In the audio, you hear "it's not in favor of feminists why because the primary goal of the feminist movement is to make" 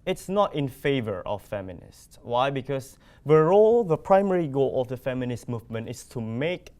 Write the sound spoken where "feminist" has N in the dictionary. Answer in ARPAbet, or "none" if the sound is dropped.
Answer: N